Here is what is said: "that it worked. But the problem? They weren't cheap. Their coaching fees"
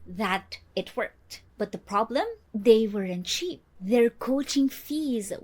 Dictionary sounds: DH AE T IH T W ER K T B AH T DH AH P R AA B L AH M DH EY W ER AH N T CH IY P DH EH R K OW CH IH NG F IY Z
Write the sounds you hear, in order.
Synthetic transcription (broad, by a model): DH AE T IH T W ER K T B AH T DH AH P R AA B L AH M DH EY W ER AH N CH IY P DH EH R K OW CH IH NG F IY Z